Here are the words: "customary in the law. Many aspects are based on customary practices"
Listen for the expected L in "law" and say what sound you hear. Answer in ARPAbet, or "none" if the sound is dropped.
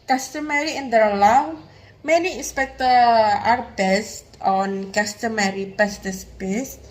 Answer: L